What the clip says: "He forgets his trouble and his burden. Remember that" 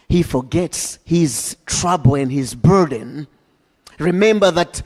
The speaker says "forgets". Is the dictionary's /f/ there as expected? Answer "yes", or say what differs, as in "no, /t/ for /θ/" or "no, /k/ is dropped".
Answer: yes